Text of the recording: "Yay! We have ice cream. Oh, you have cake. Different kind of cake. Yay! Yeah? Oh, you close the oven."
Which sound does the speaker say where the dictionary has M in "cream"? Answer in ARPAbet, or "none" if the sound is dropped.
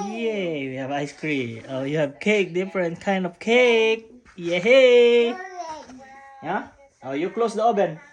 none